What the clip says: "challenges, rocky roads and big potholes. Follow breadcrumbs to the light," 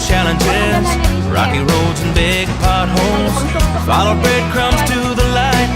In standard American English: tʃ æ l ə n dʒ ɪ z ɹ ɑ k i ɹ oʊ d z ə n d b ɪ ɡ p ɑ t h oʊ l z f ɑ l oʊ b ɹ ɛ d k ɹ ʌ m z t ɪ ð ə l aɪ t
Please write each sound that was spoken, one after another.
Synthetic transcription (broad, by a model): tʃ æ l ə n dʒ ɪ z ɹ ɑ k i ɹ oʊ d z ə n b ɪ ɡ p ɑ t h oʊ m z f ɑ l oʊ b ɹ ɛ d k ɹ ʌ m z t ɪ ð ə l aɪ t